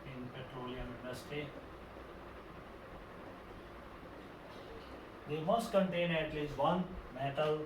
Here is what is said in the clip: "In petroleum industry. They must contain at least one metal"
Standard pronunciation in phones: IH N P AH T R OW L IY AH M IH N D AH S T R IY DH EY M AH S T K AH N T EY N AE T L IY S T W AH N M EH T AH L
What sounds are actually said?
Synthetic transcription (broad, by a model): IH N P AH T R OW L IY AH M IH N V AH S T IY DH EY M AH S T K AH N T EY N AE T L IY S T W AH N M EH T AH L